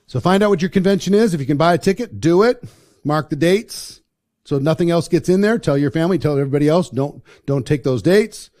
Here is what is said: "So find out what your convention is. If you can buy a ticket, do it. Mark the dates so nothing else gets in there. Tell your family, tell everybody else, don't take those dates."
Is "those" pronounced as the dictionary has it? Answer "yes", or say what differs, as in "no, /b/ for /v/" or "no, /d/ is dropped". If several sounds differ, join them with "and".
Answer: yes